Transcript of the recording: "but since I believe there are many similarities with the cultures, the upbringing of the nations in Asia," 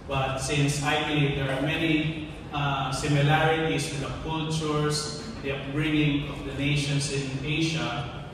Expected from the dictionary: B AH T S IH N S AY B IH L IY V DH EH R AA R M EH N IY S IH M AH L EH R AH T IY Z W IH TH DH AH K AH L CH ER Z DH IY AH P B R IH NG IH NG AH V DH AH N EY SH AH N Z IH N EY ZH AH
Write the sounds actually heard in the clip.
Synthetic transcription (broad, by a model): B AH T S IH N S AY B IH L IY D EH R AA R M EH N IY S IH M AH L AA R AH T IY S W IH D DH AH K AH L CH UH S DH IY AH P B R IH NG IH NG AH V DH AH N EY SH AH N S IH N EY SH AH